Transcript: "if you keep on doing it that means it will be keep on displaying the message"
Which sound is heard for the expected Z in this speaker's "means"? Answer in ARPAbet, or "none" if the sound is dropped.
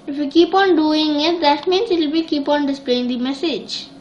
S